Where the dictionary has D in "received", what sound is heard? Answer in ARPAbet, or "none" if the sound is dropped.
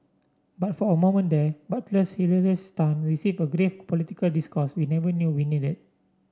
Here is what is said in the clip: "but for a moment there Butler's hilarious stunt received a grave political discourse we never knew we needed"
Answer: none